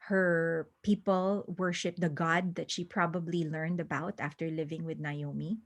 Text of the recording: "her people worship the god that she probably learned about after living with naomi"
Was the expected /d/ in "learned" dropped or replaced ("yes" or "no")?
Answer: no